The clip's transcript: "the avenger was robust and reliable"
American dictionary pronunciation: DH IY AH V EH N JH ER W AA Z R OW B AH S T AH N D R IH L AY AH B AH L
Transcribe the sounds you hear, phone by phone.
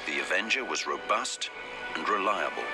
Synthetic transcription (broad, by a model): DH IY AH V EH N JH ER W AA Z R OW B AH S T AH N R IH L AY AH B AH L